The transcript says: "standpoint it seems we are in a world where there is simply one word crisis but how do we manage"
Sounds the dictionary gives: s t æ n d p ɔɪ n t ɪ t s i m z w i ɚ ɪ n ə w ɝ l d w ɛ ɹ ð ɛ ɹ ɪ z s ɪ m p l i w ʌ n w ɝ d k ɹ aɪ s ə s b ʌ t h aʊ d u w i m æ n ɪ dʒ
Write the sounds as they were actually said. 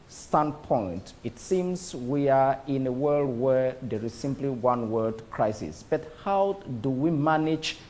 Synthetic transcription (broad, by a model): s t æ n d p ɔɪ n t ɪ t s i m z w i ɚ ɪ n ə w ɝ l d w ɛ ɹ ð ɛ ɹ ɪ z s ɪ m p l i w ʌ n w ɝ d k ɹ aɪ s ə s b ʌ t h aʊ d u w i m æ n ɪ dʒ